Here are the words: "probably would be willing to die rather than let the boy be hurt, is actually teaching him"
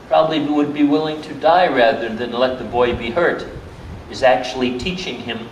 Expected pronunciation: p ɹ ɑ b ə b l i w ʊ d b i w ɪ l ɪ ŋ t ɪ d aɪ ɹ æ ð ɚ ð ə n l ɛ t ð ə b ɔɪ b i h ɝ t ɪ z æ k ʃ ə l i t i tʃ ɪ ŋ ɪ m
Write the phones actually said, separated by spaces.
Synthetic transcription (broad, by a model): p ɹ ɑ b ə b l i w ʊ d b i w ɪ l ɪ ŋ t ɪ d aɪ ɹ æ ð ɚ ð ə n l ɛ t ð ə b ɔɪ b i h ɝ t ɪ z æ k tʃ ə l i t i tʃ ɪ ŋ ɪ m